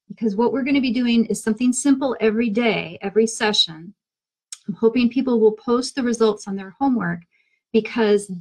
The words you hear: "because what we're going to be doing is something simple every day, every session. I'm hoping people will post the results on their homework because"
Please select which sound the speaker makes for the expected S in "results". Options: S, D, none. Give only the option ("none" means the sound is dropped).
S